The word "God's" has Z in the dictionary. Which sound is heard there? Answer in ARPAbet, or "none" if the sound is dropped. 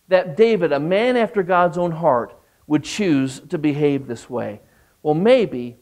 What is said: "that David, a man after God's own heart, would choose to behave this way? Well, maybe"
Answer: Z